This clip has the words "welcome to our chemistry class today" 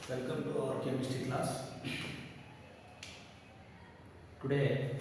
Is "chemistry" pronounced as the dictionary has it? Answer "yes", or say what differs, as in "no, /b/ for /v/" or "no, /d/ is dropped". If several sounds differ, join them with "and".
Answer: no, /ɹ/ is dropped